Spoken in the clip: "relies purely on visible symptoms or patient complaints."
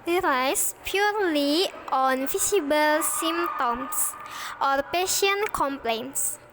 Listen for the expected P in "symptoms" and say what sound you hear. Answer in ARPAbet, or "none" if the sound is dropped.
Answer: none